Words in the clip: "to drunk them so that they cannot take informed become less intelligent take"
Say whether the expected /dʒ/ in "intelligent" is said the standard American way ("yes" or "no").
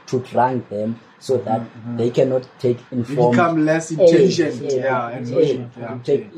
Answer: no